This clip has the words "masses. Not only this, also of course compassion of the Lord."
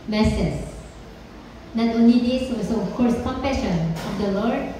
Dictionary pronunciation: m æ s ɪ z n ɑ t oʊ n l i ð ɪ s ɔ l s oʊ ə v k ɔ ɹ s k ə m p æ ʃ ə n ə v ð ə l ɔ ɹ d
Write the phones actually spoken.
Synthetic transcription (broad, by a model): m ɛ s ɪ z n ɑ t oʊ n l i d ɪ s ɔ s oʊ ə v k ɔ ɹ s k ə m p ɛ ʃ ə n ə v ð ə l ɔ ɹ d